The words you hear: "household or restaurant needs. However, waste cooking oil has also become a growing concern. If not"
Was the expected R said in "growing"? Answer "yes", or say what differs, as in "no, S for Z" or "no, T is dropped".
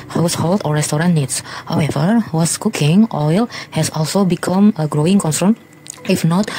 yes